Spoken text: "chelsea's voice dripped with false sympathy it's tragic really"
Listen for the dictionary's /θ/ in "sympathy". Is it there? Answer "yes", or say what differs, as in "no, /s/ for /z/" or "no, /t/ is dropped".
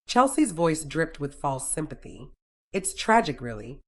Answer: yes